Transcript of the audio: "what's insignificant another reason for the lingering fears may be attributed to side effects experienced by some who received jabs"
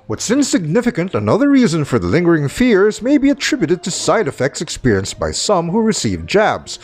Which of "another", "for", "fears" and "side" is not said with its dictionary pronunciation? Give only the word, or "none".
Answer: none